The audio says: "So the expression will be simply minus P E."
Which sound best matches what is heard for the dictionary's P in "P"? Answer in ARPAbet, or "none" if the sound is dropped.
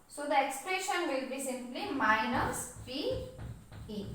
F